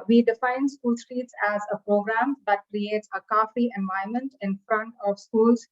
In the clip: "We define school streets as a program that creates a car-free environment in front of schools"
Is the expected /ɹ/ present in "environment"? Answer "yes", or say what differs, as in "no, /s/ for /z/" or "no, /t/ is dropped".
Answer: no, /ɹ/ is dropped